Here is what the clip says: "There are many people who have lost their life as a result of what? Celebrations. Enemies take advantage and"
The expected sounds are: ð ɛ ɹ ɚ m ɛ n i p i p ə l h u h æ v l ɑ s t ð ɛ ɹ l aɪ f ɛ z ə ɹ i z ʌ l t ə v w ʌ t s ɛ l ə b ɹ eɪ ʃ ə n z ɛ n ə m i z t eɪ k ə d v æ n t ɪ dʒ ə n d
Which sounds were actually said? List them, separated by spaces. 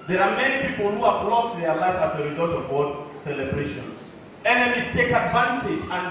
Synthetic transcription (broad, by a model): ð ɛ ɹ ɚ m ɛ n i p i p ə l h u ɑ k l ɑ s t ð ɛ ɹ l aɪ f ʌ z ə ɹ i z ʌ l t ə v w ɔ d s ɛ l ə b ɹ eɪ ʃ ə n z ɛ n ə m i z t eɪ k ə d v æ n t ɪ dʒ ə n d